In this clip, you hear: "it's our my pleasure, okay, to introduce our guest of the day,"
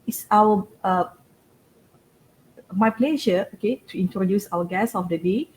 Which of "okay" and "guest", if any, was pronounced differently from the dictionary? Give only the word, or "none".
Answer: guest